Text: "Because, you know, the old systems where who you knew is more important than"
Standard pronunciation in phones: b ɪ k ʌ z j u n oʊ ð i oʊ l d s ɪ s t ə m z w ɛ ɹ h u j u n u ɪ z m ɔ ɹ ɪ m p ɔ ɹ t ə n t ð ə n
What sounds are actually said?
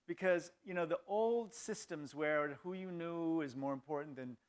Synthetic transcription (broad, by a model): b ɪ k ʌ z j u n oʊ ð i oʊ l d s ɪ s t ə m z w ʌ ɹ h u j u n u ɪ z m ɔ ɹ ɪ m p ɔ ɹ t n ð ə n